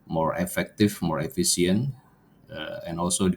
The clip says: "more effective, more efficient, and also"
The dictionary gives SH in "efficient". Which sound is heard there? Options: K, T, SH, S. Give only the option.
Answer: S